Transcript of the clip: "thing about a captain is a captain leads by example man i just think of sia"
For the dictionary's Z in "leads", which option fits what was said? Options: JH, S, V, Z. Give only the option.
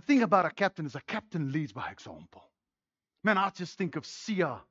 Z